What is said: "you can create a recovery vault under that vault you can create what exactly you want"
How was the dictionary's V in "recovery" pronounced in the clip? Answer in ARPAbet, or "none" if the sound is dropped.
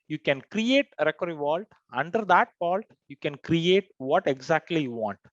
none